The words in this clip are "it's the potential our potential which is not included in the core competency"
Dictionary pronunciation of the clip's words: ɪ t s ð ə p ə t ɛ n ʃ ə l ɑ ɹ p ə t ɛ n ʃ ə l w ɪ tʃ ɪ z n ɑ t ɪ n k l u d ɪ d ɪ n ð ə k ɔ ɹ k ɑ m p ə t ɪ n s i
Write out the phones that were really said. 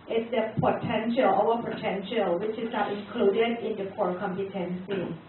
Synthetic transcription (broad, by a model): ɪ t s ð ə p ə t ɛ n ʃ ə l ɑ w p ə t ɛ n ʃ ə l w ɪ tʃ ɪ s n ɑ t ɪ n k l u d ɪ d ɪ n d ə k ɔ ɹ k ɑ m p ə t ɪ n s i